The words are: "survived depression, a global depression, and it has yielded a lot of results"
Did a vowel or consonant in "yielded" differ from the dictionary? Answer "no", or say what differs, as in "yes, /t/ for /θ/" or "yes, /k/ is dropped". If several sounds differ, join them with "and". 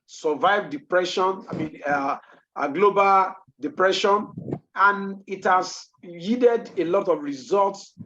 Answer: yes, /l/ is dropped